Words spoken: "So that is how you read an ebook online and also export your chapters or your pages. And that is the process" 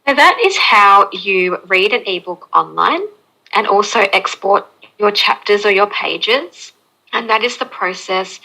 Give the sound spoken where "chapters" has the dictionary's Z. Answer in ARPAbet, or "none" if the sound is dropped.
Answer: Z